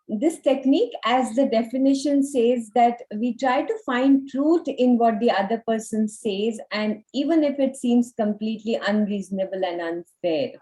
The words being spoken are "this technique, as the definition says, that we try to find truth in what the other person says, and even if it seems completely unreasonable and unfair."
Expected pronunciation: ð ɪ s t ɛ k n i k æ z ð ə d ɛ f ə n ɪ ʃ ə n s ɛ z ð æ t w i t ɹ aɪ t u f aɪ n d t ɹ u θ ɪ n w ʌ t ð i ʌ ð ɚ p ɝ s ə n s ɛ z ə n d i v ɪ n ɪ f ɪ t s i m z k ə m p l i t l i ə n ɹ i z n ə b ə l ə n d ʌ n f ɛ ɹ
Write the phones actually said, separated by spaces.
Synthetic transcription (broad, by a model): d ɪ s t ɛ k n i k æ z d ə d ɛ f ə n ɪ ʃ ə n s ɛ z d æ t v i t ɹ aɪ t u f aɪ n d t ɹ u t ɪ n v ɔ t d i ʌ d ɚ p ɝ s ə n s ɛ z ə n d i v ɪ n ɪ f ɪ t s i m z k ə m p l i t l i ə n ɹ i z n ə b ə l ə n d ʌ n f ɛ ɹ